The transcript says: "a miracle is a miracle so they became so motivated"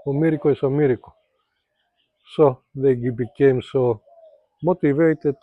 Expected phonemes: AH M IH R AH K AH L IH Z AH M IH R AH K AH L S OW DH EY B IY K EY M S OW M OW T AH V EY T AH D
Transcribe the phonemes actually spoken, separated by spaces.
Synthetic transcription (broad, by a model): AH M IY R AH K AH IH S AH M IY R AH K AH S OW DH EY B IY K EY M S OW M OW T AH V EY T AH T